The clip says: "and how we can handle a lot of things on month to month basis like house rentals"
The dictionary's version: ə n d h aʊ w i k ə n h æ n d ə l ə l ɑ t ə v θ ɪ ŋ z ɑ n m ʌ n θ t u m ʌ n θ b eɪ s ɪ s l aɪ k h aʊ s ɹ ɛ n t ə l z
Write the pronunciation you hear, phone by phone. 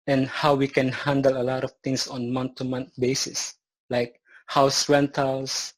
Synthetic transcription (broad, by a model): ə n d h aʊ w i k ə n h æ n d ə l ə l ɑ t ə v t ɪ ŋ s ɑ n m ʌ n t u m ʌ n t b eɪ s ɪ s l aɪ k h aʊ s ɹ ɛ n t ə l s